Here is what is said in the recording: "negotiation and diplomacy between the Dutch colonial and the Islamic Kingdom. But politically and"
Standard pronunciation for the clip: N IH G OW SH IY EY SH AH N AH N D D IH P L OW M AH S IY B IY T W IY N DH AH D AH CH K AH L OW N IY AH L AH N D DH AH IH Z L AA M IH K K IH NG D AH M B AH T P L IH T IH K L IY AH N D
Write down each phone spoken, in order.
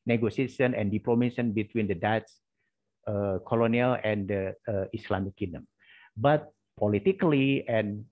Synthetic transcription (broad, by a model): N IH G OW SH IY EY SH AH N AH N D D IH P L OW M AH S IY B IY T W IY N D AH D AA S K AH L OW N IY AH L AH N D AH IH S L AA M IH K K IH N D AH M B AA T P L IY T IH K L IY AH N